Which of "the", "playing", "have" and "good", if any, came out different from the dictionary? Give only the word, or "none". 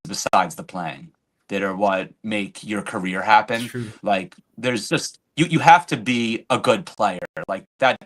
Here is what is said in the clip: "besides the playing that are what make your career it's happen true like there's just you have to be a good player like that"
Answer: have